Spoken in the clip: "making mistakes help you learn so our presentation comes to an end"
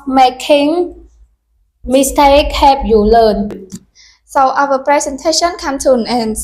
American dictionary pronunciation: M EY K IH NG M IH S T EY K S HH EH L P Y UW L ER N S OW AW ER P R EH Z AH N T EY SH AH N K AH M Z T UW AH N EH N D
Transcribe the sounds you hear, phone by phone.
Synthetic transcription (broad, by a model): M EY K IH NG M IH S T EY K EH P Y UW L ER N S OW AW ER P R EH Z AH N T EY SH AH N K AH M T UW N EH N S